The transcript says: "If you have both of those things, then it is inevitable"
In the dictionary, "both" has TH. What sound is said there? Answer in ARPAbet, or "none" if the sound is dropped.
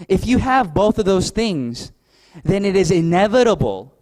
TH